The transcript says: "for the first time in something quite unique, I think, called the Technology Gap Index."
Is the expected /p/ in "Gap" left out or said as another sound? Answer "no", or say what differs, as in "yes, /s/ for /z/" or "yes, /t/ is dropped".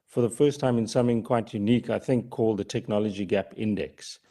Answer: no